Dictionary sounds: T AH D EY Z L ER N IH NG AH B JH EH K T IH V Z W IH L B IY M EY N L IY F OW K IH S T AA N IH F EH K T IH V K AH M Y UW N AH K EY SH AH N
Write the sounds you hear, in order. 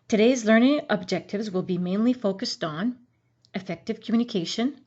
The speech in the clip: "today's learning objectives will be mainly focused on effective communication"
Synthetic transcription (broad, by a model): T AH D EY Z L ER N IH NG AH B JH EH K T IH V Z W IH L B IY M EY N L IY F OW K IH S T N IH F EH K T IH V K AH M Y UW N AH K EY SH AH N